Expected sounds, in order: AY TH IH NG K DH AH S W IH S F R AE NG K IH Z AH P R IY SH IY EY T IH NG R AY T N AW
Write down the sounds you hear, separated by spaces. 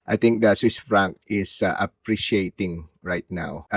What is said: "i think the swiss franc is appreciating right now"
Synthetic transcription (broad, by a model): AY T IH NG K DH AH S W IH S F R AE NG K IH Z AH P R IY SH IY EY T IH NG R AY T N AW